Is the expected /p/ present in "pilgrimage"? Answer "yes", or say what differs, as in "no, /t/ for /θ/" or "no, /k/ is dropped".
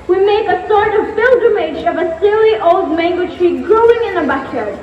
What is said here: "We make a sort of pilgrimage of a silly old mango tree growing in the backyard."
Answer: no, /b/ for /p/